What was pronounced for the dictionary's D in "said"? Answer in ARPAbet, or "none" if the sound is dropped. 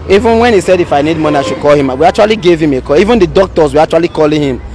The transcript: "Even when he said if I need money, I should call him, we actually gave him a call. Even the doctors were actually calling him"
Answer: D